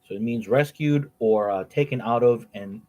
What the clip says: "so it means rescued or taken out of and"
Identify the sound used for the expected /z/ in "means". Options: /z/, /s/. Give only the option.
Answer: /z/